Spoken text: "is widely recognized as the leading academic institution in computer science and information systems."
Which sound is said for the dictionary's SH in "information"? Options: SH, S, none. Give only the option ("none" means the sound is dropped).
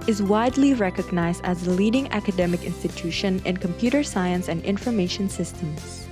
SH